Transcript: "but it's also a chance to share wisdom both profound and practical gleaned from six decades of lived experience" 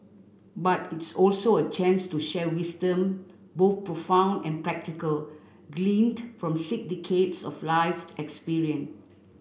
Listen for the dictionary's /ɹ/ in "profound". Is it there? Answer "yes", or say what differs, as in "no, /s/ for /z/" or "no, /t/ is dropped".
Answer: yes